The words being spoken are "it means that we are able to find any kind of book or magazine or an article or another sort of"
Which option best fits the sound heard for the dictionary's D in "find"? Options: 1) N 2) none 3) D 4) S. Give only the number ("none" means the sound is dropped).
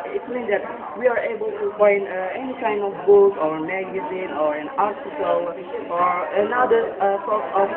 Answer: 2